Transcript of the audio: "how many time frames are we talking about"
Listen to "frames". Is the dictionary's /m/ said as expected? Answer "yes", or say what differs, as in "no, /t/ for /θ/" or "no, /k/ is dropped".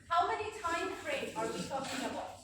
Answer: no, /m/ is dropped